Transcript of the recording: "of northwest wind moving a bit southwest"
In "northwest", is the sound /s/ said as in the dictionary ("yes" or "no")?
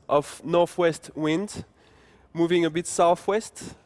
yes